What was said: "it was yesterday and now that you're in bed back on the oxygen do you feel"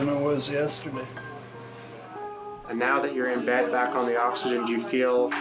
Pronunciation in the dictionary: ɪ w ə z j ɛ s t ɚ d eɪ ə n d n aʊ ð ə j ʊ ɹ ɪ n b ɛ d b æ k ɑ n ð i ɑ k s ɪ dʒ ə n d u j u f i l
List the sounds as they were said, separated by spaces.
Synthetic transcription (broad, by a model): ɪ w ə z j ɛ s t ɚ d eɪ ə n n aʊ ð ə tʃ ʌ ɹ ɪ n b ɛ d b æ k n ð i ɑ k s ɪ dʒ ə n d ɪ j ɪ f i l